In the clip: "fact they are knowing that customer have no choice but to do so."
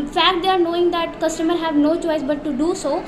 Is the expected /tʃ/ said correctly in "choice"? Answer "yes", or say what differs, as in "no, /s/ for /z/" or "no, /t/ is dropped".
yes